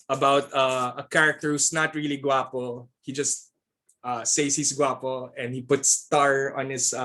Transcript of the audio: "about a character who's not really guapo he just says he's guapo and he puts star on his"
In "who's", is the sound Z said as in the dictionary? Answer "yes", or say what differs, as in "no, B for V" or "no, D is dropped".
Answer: no, S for Z